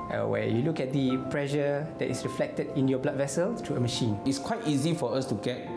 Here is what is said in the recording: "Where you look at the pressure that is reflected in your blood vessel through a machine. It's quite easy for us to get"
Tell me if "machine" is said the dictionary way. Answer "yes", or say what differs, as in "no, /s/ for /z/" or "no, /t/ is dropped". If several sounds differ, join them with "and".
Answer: yes